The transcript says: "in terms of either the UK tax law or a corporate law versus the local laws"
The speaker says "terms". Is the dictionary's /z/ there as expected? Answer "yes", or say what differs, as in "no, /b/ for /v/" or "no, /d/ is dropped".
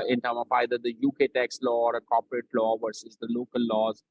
no, /z/ is dropped